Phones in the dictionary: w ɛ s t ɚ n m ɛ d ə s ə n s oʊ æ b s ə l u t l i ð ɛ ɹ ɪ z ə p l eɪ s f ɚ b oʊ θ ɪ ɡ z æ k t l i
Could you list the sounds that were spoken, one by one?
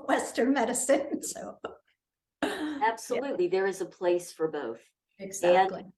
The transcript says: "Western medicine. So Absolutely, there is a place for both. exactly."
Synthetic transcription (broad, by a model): w ɛ s t ɚ n m ɛ d ə s ə n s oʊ æ b s ə l u t l i ð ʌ ɹ ɪ z ə p l eɪ s f ɚ b oʊ θ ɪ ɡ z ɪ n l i